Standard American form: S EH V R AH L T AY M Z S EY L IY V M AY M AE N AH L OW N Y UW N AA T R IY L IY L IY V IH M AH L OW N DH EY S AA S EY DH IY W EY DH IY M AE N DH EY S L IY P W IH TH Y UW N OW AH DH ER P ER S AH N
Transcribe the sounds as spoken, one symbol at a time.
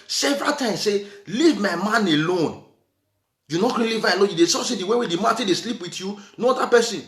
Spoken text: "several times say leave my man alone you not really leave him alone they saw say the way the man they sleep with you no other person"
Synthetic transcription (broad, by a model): S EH V R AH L T AY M S EY L IY V M AY M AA N AH L OW N Y UW N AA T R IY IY L IY V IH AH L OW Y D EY S AA S EY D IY W EY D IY M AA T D EY S L IY P W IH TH Y UW N OW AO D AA P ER S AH N